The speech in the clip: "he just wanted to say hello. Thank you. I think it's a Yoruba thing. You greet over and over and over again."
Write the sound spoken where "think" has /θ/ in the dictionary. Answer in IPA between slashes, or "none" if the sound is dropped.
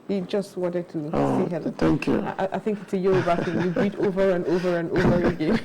/θ/